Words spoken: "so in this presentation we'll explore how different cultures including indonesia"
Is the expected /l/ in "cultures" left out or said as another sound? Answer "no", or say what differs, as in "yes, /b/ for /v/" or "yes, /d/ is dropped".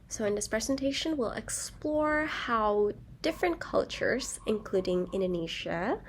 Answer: no